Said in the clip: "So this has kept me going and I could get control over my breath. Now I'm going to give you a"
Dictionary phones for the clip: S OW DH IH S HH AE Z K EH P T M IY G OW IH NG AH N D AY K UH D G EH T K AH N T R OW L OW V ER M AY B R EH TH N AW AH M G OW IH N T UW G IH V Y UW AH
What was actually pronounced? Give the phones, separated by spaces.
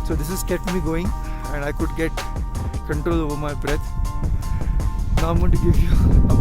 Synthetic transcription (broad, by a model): S OW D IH S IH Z K EH P T M IY G OW IH NG AH N D AY K UH D G EH T K AH N T R OW L OW V ER M AY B R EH T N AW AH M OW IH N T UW G IH V Y UW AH